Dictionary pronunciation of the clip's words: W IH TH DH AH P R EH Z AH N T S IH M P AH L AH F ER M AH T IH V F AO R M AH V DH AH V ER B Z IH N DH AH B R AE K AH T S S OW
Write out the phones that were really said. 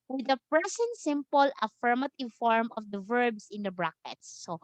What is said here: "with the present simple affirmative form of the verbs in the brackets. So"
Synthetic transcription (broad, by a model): W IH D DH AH P R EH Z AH N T S IH M P AH L AH F ER M AH T IH V F AO R M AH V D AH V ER B S IH N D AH B R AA K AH T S S OW